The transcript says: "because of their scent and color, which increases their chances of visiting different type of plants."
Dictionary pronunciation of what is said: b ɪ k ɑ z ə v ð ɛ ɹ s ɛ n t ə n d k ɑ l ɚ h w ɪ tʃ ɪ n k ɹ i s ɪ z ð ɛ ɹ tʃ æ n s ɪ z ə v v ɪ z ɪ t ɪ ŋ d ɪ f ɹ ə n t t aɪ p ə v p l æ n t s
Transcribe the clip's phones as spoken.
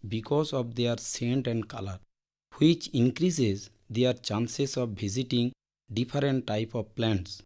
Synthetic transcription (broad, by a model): b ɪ k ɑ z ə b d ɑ ɹ s ɛ n t ə n d k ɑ l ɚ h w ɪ tʃ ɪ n k ɹ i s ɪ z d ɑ ɹ tʃ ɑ n s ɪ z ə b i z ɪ t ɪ ŋ d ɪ p ɹ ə n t t aɪ p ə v p l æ n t s